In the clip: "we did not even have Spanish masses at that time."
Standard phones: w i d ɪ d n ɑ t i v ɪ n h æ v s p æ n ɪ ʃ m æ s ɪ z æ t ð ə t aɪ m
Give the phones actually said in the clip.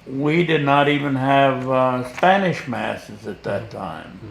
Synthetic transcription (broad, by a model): w i d ɪ d n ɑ t i v ɪ n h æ v s p æ n ɪ ʃ m æ s ɪ z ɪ t ð ə t aɪ m